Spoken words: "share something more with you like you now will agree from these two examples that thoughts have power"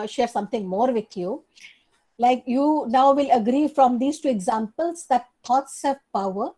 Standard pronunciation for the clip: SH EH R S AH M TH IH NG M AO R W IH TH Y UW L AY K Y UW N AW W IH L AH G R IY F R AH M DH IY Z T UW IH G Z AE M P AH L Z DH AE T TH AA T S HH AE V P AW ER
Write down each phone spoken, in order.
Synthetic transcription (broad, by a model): SH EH R S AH M T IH NG M AO R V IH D Y UW L AY K Y UW N AW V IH L AH G R IY F R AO M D IY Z T UW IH G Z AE M P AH L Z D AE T T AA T S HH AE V P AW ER